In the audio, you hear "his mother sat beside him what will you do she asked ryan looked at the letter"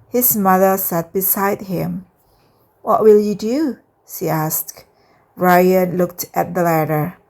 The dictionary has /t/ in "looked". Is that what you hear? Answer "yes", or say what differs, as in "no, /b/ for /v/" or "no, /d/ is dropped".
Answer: yes